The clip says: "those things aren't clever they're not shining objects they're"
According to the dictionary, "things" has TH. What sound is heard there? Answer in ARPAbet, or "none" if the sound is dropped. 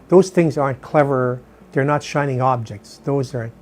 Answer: TH